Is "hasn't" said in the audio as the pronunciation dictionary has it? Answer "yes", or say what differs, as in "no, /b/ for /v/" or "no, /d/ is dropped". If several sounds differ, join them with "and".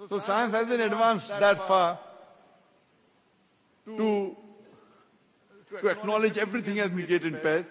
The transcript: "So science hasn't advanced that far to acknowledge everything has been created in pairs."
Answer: no, /t/ is dropped